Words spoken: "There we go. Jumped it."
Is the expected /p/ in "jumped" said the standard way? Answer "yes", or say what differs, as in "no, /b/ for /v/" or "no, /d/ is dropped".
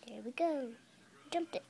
no, /p/ is dropped